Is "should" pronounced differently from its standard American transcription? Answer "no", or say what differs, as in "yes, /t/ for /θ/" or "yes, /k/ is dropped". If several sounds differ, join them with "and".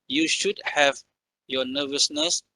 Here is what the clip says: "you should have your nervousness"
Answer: no